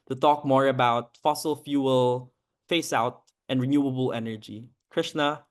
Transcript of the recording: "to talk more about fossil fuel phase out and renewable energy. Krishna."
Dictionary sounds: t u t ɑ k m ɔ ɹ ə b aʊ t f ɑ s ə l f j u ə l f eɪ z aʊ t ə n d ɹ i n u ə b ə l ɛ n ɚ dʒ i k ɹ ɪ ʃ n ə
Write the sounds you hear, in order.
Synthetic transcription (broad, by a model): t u t ɑ k m ɔ ɹ ə b aʊ t f ɑ s ə l f j u ə l f eɪ s aʊ t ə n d ɹ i n u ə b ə l ɛ n ɚ dʒ i k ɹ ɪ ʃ n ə